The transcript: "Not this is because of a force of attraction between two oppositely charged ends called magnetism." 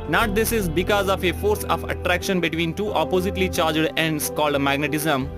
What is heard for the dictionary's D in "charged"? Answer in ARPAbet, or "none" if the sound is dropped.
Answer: D